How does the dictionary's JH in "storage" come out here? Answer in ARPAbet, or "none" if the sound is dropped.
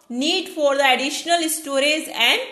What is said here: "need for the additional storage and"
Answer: Z